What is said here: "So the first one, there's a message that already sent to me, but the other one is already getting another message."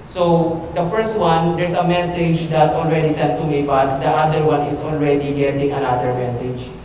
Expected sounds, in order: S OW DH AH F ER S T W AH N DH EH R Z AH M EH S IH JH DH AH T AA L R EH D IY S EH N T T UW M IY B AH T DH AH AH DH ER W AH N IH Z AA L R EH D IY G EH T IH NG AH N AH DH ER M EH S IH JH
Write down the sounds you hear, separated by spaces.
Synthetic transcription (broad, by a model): S OW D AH F ER S T W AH N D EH R S AH M EH S IH JH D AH T AA L R EH D IY S EH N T T UW M IY B AH T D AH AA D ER W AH N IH S AA L R EH D IY G EH T IH NG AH N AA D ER M EH S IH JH